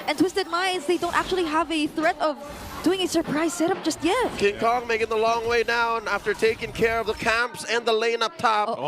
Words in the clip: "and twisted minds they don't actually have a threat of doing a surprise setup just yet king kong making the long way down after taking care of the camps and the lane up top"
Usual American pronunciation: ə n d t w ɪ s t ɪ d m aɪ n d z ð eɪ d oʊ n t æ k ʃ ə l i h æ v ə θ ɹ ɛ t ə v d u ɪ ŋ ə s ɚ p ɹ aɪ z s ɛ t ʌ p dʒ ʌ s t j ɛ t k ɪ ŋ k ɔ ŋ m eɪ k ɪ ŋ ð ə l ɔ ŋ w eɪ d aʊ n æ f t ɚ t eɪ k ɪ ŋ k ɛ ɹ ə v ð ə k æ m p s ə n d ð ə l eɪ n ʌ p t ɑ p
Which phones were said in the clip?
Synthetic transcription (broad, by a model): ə n t w ɪ s t ɪ d m aɪ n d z ð eɪ d oʊ n t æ k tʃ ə l i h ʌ v ə θ ɹ ɛ t ə v d u ɪ ŋ ə s ɚ p ɹ aɪ z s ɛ t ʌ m dʒ ʌ s t j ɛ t k ɪ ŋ k ɔ ŋ m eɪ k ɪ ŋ ð ə l ɔ ŋ w eɪ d aʊ n æ f t ɚ t eɪ k ɪ ŋ k ɛ ɹ ə v ð ə k æ m p s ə n ð ə l eɪ n ʌ p t ɑ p